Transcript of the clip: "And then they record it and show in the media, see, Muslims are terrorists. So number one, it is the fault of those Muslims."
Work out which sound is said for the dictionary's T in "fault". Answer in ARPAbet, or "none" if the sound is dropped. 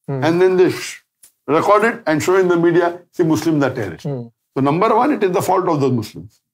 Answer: T